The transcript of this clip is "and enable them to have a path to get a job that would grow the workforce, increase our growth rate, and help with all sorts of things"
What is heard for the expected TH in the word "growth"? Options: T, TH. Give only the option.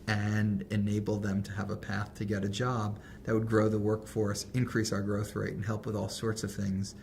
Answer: TH